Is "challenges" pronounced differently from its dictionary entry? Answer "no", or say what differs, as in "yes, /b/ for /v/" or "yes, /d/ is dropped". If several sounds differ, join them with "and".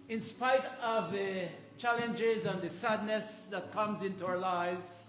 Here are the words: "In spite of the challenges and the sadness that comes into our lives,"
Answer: no